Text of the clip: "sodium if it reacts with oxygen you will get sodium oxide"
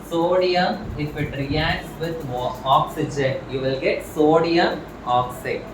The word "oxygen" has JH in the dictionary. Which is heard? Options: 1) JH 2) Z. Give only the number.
1